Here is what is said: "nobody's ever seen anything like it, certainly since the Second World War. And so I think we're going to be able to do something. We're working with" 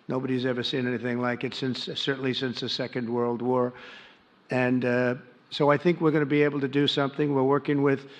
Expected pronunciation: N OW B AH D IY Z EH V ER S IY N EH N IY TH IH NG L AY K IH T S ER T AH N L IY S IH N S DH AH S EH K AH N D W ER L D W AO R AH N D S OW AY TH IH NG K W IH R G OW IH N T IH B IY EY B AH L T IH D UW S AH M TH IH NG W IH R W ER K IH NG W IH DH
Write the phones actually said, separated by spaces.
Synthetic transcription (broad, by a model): N OW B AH D IY Z EH V ER S IY N EH N IY TH IH NG L AY K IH T S ER T N L IY S IH N S DH AH S EH K AH N D W ER L D W AO R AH N S OW AY TH IH NG K W IH R G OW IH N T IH B IY EY B L T IH D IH S AH M TH IH NG W IH R W ER K IH NG W IH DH